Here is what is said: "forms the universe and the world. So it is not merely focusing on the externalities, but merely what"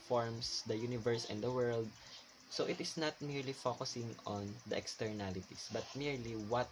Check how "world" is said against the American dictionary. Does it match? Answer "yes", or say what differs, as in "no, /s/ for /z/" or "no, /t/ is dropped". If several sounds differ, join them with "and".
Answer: yes